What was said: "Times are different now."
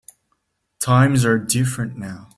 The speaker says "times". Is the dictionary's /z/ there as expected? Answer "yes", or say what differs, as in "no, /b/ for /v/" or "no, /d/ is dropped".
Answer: yes